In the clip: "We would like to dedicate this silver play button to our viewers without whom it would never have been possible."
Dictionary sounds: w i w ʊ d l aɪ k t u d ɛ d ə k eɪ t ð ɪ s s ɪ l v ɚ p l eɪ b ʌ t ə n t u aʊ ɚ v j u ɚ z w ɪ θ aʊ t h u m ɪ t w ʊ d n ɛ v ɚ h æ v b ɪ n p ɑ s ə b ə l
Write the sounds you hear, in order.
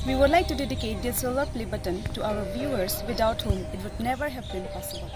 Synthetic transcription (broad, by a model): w i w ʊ d l aɪ k t u d ɛ d ə k eɪ t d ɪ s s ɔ l ɚ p l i b ʌ t ə n t u aʊ ɚ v j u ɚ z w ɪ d aʊ t h u m ɪ t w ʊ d n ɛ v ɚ h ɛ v b ɪ n p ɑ s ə b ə l